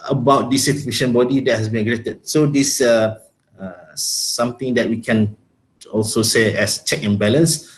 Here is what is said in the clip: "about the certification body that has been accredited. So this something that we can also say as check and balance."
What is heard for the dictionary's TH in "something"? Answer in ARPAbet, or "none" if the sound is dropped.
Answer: T